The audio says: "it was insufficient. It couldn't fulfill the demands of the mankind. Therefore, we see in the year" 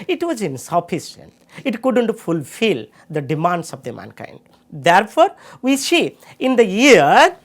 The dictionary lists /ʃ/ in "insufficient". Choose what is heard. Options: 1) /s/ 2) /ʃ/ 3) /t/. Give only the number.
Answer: 1